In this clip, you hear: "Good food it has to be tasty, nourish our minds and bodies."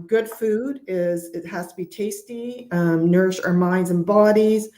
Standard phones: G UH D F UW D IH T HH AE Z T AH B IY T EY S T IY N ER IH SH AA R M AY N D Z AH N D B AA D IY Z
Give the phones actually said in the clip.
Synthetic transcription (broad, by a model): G UH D F UW D IH T HH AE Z T AH B IY T EY S T IY N ER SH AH R M AY N D Z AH N B AA D IY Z